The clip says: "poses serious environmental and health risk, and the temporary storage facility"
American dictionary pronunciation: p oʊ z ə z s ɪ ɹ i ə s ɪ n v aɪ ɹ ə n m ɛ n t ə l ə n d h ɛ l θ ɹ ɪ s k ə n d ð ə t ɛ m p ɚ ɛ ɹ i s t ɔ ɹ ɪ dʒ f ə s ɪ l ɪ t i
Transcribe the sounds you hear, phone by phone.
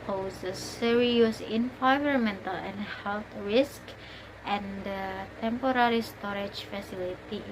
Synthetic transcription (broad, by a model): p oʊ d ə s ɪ ɹ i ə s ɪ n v aɪ ɹ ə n m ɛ n t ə l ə n h ɛ l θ ɹ ɪ s k ə n d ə t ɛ m p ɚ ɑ ɹ i s t ɔ ɹ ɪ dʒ f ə s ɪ l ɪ t i